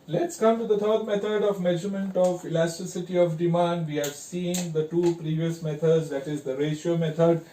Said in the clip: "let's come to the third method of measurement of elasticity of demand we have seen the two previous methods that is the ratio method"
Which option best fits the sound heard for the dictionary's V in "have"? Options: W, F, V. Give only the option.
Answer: V